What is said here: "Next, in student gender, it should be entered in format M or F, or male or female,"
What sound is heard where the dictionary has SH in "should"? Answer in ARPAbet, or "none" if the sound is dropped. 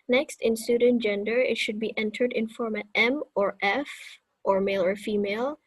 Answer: SH